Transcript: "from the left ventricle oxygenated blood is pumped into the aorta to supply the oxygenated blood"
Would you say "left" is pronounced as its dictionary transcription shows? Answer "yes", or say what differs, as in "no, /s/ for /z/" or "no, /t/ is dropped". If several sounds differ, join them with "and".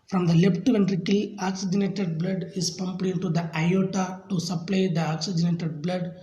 no, /p/ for /f/